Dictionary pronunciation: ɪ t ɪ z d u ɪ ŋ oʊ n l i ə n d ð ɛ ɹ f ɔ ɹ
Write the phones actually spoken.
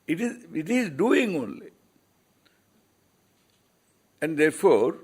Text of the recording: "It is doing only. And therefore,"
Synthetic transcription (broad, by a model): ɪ t ɪ z d u ɪ ŋ oʊ n l i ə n d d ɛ ɹ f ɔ ɹ